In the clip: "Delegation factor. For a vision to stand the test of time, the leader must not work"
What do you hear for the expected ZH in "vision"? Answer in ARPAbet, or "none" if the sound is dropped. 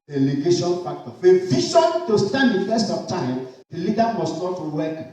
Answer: SH